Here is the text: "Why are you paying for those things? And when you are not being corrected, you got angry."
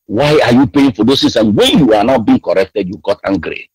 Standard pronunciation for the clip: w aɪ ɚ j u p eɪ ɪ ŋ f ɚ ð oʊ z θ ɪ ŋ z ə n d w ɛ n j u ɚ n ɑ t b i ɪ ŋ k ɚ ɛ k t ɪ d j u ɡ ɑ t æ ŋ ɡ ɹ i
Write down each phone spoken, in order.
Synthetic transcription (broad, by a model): w aɪ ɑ j u p eɪ ɪ ŋ f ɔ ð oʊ s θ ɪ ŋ s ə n w ɛ n j u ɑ n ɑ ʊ b i ɪ ŋ k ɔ ɛ k t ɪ d j u ɡ ɑ t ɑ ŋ ɡ ɹ i